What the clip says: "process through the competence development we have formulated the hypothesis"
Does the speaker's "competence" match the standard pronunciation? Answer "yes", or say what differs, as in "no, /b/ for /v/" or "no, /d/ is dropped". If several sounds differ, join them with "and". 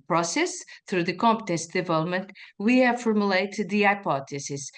yes